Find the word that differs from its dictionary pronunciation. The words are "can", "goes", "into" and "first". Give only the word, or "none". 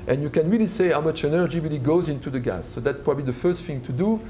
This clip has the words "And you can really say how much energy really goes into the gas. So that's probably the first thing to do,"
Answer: none